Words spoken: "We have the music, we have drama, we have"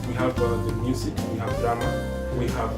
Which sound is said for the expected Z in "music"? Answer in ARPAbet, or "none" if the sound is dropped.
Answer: S